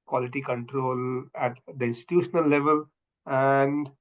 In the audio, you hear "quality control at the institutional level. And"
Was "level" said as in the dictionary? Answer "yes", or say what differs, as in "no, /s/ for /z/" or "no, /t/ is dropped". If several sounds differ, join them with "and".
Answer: yes